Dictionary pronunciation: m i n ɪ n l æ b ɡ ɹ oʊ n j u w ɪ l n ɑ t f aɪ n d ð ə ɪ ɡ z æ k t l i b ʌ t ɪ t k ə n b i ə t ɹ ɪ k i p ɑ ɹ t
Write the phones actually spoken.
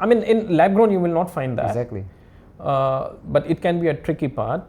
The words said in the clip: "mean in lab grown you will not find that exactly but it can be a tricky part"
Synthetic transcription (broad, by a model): m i n ɪ n l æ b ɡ ɹ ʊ n j u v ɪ l n ɑ t f aɪ n d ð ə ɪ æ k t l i b ʌ t ɪ t k ə n b i ə t ɹ ɪ k i p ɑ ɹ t